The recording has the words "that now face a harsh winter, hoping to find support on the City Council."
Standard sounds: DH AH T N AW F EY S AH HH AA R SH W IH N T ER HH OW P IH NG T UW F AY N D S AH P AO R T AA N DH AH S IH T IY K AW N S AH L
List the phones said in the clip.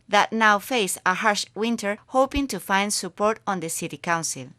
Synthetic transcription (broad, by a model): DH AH T N AW F EY S AH HH AA R SH W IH N T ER HH OW P IH NG T UW F AY N D S AH P AO R T AA N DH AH S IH T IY K AW N S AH L